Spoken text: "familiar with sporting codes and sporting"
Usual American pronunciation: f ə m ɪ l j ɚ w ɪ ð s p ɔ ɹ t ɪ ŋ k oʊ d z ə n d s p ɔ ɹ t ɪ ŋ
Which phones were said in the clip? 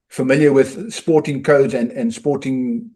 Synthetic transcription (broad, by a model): f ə m ɪ l j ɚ w ɪ ð s p ɔ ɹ t ɪ ŋ k oʊ d z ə n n s p ɔ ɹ t ɪ ŋ